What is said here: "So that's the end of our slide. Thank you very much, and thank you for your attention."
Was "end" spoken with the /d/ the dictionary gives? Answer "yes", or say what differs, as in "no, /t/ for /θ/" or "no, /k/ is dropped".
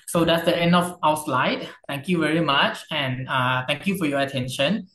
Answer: yes